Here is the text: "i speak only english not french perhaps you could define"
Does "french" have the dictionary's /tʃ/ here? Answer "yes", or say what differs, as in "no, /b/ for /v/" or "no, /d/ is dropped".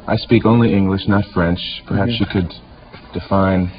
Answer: yes